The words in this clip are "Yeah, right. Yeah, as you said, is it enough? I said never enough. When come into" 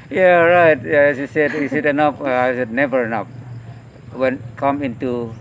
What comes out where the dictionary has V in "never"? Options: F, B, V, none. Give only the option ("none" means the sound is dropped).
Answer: V